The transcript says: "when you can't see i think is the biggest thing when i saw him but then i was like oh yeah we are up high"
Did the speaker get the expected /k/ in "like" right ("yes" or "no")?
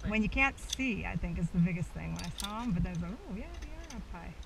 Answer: no